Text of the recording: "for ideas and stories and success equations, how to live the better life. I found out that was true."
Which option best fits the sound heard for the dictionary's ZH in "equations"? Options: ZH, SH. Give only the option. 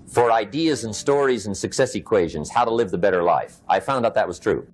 ZH